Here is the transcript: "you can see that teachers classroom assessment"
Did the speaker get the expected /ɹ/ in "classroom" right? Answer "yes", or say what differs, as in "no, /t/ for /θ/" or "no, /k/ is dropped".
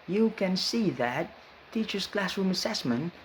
yes